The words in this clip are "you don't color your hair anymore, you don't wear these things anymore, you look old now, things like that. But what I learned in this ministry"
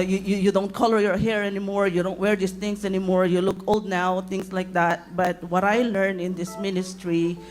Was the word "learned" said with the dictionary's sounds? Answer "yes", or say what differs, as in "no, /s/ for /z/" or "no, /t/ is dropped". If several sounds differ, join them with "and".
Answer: no, /d/ is dropped